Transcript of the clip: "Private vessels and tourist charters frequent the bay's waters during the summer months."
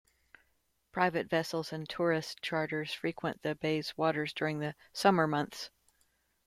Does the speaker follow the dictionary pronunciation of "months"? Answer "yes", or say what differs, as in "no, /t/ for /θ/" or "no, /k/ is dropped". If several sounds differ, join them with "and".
yes